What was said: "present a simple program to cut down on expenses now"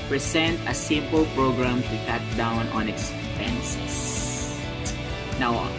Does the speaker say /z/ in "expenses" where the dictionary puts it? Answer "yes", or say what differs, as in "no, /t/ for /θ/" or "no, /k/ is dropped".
no, /s/ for /z/